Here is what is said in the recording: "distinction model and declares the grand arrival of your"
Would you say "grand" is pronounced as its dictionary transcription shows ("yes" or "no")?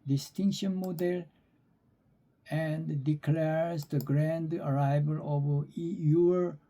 yes